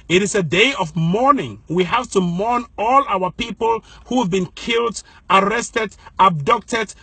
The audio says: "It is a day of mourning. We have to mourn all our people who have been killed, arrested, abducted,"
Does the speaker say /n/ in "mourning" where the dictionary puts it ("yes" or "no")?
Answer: yes